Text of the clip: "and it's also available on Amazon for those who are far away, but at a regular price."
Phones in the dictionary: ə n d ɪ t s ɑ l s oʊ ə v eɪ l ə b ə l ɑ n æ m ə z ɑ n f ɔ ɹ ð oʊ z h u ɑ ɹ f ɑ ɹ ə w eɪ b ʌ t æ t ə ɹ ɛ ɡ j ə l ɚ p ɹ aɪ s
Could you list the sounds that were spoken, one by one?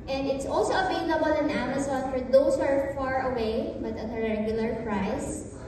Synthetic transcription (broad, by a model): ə n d ɪ t s ɑ l s oʊ ə v eɪ l ə b ə l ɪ n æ m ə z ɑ n f ɔ ɹ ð oʊ s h ɑ ɹ f ɑ ɹ ə w eɪ b ʌ t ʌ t ə ɹ ɛ ɡ j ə l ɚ p ɹ aɪ s